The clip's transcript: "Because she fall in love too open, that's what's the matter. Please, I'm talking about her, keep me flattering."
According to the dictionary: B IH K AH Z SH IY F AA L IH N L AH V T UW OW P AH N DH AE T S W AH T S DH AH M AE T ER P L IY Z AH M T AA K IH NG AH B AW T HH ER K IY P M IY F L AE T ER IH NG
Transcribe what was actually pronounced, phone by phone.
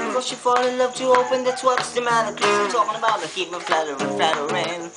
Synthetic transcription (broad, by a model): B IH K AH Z SH IY F AA L IH N L AH V T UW OW P AH N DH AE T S W AH T S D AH M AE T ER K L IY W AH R T AA K IH NG AH B AW T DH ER K IY P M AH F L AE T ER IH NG